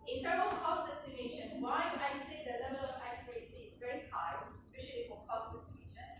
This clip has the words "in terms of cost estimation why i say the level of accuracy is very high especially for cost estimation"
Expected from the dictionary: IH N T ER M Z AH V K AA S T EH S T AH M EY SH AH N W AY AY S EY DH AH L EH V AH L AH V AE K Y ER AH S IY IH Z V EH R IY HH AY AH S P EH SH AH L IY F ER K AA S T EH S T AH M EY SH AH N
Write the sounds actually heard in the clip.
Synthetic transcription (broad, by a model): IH N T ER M AH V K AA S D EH S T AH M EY SH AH N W AY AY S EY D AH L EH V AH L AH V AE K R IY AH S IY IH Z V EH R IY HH AY AH S P EH SH AH L IY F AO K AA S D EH S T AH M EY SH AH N